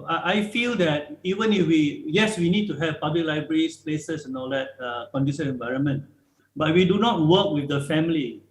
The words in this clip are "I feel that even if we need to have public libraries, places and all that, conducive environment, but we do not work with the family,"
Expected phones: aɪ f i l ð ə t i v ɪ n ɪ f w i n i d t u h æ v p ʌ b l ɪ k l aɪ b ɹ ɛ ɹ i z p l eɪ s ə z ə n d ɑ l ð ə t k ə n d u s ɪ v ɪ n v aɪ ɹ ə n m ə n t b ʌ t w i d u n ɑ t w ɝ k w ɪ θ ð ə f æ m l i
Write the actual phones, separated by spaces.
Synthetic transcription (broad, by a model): aɪ f i l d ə t i v ɪ n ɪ f w i n i d t u h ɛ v p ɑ b l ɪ k l aɪ b ɹ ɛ ɹ i s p l eɪ s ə s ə n ɑ l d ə t k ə n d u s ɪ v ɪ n v aɪ ɹ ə n m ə n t b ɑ t w i d u n ɑ t w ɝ k w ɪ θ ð ə f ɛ m l i